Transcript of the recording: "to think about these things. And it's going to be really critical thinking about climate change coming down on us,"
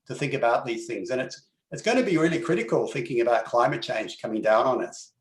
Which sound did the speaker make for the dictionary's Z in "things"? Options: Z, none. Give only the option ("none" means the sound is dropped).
Z